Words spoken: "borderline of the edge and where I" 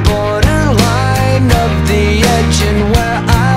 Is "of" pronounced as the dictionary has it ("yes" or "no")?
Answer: no